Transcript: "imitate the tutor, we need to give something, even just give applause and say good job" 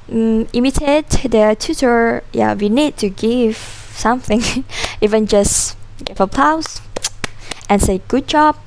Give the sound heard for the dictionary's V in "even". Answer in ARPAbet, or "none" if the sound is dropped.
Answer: V